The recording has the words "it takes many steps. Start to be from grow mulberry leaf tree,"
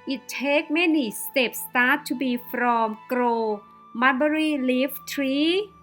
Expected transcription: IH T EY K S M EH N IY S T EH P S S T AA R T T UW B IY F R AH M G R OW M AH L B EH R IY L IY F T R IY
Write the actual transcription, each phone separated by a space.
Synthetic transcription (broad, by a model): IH T EY K M EH N IY S T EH P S S T AA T T UW B IY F R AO M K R OW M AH N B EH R IY L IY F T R IY